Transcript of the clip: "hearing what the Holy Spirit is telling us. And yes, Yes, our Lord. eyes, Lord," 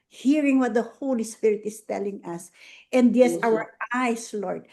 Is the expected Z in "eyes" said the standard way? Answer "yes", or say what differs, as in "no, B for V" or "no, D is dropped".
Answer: no, S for Z